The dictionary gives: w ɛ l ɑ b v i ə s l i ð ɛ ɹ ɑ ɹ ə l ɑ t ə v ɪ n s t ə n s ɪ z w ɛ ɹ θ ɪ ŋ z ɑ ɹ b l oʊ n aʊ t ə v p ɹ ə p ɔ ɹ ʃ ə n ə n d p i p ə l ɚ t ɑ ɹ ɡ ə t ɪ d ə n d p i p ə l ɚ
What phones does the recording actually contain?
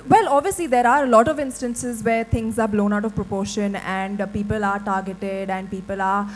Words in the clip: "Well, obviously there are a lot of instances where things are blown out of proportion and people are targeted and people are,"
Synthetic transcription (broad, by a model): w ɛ l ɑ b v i ə s l i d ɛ ɹ ɑ ɹ ə l ɑ t ə v ɪ n s t ə n s ɪ z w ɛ ɹ t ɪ ŋ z ɑ ɹ b l oʊ n aʊ t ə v p ɹ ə p ɔ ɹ ʃ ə n ə n d p i p ə l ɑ t ɑ ɹ ɡ ə t ɪ d ə n d p i p ə l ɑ